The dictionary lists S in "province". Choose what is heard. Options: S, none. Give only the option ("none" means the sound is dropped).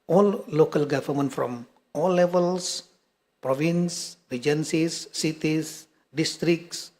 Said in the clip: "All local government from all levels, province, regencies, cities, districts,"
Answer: S